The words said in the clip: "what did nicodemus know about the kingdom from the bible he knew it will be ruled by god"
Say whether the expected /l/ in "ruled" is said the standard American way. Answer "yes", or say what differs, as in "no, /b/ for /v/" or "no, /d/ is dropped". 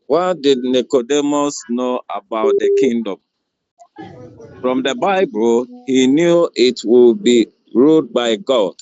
no, /l/ is dropped